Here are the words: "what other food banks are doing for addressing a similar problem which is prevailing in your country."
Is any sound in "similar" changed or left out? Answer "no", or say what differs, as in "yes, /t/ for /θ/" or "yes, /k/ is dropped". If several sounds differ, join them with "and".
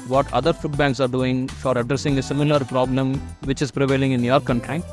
no